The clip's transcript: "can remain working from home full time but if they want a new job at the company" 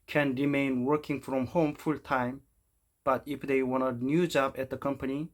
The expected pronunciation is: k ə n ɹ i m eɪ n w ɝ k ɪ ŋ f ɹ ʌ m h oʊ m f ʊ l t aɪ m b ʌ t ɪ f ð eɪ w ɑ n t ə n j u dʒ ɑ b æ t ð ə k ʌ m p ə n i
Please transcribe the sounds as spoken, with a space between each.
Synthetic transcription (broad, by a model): k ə n ɹ i m eɪ n w ɝ k ɪ ŋ f ɹ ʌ m h oʊ m f ʊ l t aɪ m b ʌ t ɪ f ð eɪ w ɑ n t ə n j u dʒ ɑ b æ t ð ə k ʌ m p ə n i